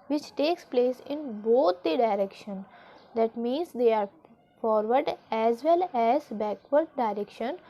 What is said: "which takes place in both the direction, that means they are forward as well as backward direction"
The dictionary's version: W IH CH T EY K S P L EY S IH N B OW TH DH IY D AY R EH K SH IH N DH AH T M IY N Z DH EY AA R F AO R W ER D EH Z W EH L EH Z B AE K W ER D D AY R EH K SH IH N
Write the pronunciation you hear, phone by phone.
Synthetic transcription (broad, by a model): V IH CH T EY K S P L EY S IH N B OW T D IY D AY R EH K SH IH N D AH T M IY N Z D EY AA R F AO R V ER D EH Z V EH L EH Z B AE K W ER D D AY R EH K SH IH N